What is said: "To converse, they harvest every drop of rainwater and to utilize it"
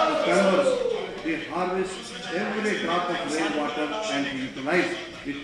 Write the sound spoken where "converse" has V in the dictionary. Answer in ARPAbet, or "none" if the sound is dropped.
none